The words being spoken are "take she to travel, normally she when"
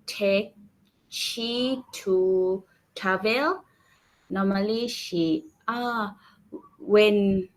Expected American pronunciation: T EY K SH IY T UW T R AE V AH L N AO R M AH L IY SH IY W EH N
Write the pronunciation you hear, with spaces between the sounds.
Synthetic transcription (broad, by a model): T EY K SH IY T UW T AA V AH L N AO M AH L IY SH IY W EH N